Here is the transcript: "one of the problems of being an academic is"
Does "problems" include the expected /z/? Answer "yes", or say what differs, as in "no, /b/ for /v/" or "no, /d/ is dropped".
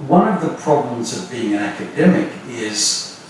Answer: yes